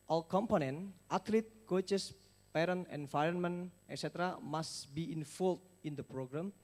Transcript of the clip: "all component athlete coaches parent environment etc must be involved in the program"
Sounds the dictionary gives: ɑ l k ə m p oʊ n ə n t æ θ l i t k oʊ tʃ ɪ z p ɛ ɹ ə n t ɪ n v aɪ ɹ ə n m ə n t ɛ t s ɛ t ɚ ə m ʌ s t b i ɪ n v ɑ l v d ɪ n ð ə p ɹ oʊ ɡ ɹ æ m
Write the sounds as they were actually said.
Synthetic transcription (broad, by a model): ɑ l k ə m p oʊ n ə n t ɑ t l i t k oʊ tʃ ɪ s p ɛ ɹ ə n ɪ n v aɪ ɹ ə n m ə n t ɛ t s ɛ t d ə m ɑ s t b i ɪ n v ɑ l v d ɪ n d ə p ɹ oʊ ɡ ɹ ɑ m